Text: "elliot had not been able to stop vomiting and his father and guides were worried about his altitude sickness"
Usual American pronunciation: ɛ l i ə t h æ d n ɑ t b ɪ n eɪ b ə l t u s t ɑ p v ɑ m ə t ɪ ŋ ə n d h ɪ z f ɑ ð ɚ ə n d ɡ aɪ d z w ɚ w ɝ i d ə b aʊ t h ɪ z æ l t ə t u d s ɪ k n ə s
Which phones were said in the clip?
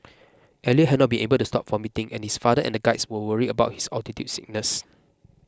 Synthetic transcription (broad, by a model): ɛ l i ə h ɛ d n ɑ t b ɪ n eɪ b ə l t u s t ɑ p f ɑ m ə t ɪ ŋ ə n h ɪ s f ɑ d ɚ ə n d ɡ aɪ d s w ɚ w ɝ i ə b aʊ t h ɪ s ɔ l t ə t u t s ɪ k n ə s